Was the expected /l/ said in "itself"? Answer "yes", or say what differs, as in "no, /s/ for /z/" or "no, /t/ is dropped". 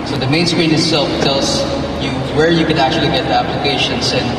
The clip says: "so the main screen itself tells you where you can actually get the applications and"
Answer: yes